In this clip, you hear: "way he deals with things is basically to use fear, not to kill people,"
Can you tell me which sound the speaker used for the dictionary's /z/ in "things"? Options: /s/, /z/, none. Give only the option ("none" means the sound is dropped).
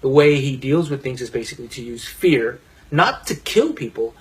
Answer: /z/